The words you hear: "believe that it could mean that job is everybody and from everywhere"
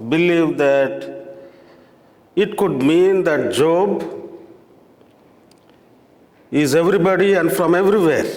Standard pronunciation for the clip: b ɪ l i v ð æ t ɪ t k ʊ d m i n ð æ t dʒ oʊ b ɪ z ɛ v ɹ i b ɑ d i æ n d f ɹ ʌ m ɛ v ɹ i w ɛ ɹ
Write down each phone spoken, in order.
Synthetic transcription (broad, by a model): b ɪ l i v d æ t ɪ t k ʊ d m i n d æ t dʒ oʊ b ɪ z ɛ v ɹ i b ɑ d i æ n d f ɹ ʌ m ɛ v ɹ i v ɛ ɹ